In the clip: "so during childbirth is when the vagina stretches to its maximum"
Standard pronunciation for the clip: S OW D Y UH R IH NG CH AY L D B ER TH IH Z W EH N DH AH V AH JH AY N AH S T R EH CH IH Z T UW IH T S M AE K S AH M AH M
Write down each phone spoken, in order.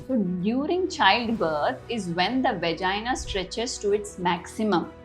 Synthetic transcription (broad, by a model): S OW D Y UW R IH NG CH AY L D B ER T IH Z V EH N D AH V AH JH AY N AH S T R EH CH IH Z T UW IH T S M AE K S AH M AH M